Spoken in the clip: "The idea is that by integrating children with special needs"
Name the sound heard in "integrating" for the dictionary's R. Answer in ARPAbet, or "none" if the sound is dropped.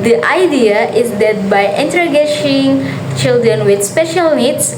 none